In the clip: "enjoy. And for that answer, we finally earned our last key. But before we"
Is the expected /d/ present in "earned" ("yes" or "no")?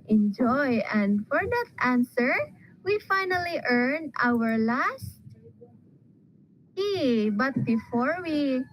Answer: no